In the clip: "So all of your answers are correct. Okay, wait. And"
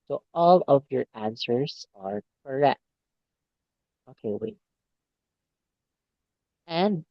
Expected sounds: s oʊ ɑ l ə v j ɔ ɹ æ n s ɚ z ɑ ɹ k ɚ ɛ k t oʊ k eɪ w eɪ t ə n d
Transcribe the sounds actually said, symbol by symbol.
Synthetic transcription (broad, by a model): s oʊ ɑ l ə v j ɔ ɹ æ n s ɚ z ɑ ɹ k ɚ ɛ k t oʊ k eɪ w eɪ ə n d